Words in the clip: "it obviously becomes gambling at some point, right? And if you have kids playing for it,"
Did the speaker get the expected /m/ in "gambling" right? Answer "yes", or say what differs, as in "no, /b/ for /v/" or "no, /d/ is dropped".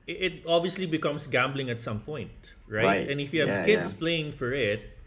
yes